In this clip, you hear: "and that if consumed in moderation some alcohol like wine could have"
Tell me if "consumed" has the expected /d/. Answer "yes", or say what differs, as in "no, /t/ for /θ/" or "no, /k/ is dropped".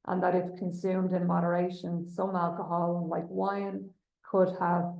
yes